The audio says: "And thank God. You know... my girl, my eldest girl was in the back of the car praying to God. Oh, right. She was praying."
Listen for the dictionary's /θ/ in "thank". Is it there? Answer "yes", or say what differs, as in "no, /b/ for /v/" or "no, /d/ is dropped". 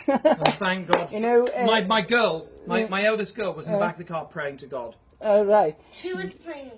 yes